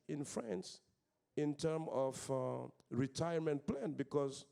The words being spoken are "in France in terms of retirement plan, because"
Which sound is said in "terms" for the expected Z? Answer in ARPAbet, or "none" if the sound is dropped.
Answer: none